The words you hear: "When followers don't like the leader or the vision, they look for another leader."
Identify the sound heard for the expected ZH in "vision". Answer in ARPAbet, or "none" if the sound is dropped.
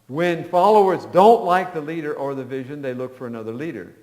ZH